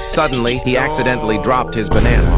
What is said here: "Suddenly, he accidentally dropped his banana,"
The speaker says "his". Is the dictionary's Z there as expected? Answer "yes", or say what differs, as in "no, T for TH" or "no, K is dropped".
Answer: yes